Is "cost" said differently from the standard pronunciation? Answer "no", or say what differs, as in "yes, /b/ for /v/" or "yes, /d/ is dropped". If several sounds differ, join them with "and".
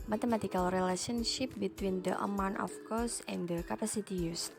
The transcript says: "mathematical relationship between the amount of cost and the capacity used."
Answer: yes, /t/ is dropped